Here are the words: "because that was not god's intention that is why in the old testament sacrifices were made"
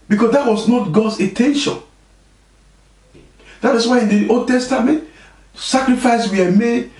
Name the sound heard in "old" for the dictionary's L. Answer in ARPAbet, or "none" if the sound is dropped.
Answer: none